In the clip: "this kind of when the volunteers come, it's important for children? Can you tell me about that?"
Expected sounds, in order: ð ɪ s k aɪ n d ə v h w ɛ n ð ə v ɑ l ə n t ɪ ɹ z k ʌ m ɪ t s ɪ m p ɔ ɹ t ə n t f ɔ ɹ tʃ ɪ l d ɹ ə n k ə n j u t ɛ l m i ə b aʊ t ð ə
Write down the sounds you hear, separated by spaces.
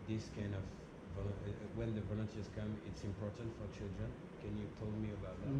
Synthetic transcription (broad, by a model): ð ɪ s k aɪ n d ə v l w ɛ n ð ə v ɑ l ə n t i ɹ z k ʌ m ɪ t s ɪ m p ɔ ɹ t ə n t f ɔ ɹ tʃ ɪ l d ɹ ə n k ə n j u t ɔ l m i ə b aʊ t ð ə